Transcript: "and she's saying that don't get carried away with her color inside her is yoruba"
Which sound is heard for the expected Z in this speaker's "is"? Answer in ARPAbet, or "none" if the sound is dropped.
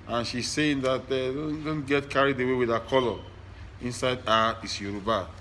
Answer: S